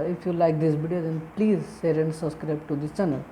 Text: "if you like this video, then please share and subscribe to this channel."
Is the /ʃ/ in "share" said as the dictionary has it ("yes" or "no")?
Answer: no